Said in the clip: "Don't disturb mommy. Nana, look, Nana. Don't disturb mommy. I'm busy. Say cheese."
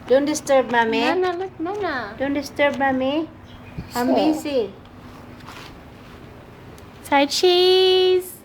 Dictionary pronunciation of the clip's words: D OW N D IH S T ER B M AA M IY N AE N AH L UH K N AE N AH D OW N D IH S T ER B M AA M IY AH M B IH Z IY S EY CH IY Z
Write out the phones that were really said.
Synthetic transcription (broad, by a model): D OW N D IH S T ER B M AA M IY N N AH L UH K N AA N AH D OW N D IH S T ER B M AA M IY AH M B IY S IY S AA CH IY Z